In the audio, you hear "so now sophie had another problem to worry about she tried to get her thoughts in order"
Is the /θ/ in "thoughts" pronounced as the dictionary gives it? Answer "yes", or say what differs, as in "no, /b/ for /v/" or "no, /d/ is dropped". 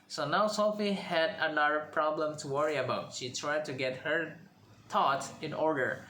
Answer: no, /t/ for /θ/